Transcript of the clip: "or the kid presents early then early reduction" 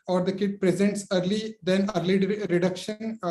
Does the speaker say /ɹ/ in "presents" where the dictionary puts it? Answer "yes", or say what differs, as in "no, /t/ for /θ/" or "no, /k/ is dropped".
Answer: yes